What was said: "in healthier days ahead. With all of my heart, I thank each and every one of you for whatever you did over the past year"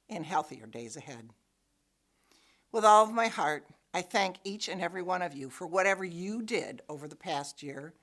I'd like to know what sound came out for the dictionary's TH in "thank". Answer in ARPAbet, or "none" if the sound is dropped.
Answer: TH